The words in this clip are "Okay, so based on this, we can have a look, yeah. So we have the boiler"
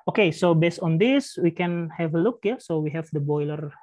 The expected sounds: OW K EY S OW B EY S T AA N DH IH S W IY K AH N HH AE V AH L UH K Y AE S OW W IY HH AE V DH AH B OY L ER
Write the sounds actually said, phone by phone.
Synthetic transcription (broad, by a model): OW K EY S OW B EY S T AA N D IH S W IY K AH N HH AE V AH L UH K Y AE S OW W IY HH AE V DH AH B OY L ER